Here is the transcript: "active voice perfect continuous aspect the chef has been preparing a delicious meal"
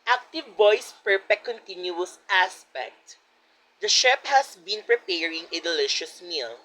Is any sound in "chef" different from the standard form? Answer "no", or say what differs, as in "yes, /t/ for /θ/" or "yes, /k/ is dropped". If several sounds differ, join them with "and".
yes, /p/ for /f/